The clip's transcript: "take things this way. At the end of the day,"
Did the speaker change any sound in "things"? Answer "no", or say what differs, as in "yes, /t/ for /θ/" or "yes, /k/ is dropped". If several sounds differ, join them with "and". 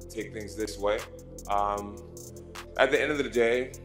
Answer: no